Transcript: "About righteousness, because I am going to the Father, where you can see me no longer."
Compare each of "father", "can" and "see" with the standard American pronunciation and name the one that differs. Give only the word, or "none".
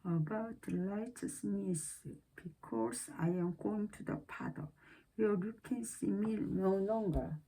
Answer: father